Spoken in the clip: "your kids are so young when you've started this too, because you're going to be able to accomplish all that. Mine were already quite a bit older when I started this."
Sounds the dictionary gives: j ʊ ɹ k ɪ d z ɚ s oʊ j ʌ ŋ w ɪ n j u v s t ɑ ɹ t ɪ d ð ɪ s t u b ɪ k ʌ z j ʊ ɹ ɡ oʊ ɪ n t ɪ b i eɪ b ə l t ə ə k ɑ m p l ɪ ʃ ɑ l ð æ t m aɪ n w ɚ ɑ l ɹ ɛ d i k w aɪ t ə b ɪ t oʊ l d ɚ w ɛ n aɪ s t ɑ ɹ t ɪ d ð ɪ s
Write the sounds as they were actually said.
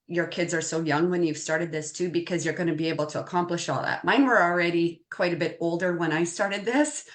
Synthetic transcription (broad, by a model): j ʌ ɹ k ɪ d z ɚ s oʊ j ʌ ŋ w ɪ n j u v s t ɑ ɹ t ɪ d ð ɪ s t u b ɪ k ʌ z j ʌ ɹ ɡ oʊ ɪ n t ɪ b i eɪ b l t ə ə k ɑ m p l ɪ ʃ ɑ l ð æ t m aɪ n w ɚ l ɹ ɛ d i k w aɪ t ə b ɪ t oʊ l d ɚ w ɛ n aɪ s t ɑ ɹ t ɪ d ð ɪ s